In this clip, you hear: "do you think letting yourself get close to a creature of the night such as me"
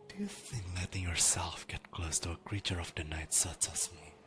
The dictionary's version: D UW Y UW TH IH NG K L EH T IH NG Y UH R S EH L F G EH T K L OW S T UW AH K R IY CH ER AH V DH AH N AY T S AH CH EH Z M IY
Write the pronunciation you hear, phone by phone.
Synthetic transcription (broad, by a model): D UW Y UW TH IH NG K L EH T IH NG Y UH R S EH L F G EH T K L OW S T UW AH K R IY CH ER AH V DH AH N AY T S AH CH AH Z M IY